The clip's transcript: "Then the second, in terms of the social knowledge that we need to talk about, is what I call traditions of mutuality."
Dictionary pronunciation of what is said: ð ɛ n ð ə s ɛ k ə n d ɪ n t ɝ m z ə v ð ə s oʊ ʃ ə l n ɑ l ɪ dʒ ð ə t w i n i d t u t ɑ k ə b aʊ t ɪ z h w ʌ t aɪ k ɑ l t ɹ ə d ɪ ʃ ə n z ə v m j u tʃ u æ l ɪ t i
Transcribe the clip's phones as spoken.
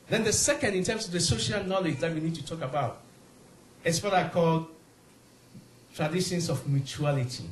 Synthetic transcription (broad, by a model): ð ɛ n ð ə s ɛ k ə n d ɪ n t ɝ m s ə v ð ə s oʊ ʃ ə l n ɑ l ɪ dʒ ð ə t w i n i d t u t ɑ k ə b aʊ t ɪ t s w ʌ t aɪ k ɑ l t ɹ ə d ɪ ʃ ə n s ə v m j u tʃ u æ l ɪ t i